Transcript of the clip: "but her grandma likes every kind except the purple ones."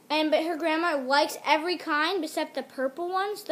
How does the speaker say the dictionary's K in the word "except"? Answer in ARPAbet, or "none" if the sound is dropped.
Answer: none